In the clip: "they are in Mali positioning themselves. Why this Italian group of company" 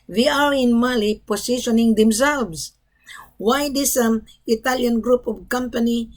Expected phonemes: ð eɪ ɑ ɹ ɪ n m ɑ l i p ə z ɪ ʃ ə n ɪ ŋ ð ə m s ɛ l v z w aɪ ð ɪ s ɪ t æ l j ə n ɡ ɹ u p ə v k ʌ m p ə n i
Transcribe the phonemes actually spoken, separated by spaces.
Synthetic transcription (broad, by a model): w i ɑ ɹ ɪ n m ɑ l i p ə s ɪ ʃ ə n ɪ ŋ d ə m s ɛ l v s w aɪ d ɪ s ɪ t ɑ l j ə n ɡ ɹ u p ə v k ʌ m p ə n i